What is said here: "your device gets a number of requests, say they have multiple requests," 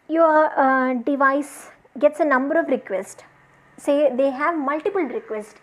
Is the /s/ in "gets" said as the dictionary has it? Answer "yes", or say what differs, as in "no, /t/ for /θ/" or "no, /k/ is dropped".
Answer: yes